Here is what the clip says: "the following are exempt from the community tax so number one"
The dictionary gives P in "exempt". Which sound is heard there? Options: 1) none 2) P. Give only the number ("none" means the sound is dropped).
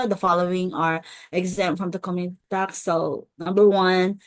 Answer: 1